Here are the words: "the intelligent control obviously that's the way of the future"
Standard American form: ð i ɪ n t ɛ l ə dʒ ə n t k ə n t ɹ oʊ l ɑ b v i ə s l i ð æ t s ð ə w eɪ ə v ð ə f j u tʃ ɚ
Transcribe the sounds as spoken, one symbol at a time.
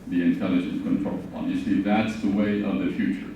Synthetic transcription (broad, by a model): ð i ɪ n t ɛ l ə dʒ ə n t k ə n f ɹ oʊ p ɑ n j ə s i ð æ t s ð ə w eɪ ə v ð ə f j u tʃ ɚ